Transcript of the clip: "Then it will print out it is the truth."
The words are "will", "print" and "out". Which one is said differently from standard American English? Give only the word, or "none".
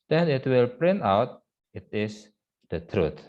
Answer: none